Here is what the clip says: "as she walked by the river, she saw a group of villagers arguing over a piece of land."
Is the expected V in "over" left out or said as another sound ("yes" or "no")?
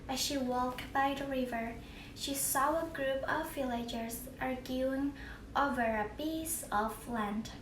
no